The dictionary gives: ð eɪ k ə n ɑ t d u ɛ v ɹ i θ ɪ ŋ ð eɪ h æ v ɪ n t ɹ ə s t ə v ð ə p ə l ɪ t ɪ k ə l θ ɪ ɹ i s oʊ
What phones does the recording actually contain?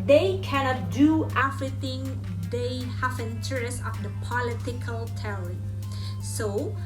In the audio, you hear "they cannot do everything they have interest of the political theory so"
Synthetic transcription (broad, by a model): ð eɪ k ə n ɑ t d u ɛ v ɹ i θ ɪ ŋ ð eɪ h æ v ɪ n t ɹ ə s ə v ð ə p ə l ɪ t ɪ k ə l t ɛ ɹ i s oʊ